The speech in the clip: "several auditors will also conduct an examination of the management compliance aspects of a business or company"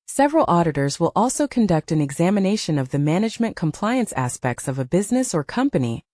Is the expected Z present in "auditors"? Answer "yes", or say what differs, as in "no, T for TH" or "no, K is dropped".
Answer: yes